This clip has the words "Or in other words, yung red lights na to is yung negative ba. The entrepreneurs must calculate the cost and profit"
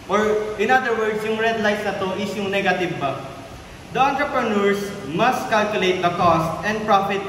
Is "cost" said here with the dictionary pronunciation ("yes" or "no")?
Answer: yes